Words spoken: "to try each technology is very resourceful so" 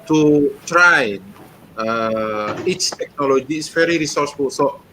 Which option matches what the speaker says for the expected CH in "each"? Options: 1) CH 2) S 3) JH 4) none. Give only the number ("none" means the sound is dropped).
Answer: 2